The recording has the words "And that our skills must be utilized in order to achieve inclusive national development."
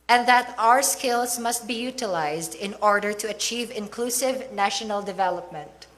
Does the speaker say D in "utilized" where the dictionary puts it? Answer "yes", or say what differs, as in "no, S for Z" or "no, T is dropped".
yes